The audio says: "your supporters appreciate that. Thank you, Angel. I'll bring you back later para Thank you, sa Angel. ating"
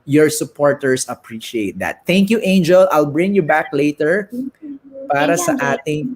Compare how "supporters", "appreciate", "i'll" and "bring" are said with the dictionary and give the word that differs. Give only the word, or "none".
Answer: supporters